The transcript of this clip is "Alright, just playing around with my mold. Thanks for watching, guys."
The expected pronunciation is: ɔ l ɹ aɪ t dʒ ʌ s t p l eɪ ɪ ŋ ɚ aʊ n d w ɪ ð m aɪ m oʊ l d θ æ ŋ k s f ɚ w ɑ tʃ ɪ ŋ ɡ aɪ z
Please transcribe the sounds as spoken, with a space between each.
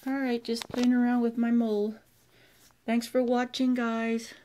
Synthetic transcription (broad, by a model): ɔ l ɹ aɪ t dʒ ʌ s p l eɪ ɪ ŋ ɚ aʊ n d w ɪ ð m aɪ m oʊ l θ æ ŋ k s f ɚ w ɑ tʃ ɪ ŋ ɡ aɪ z